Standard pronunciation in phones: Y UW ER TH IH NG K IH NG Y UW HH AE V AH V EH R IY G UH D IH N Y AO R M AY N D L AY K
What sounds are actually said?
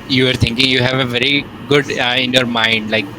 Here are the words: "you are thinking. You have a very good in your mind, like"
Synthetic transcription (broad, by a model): Y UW ER T IH NG K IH NG Y UW HH AE V AH V EH R IY G UH D IH N Y AO R M AY N D L AY K